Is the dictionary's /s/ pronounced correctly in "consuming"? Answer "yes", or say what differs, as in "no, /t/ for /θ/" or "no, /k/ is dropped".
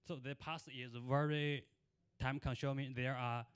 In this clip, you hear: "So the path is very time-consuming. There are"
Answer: no, /ʃ/ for /s/